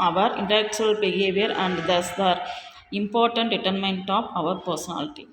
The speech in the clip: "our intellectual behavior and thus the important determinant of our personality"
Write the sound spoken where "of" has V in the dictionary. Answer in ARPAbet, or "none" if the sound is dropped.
V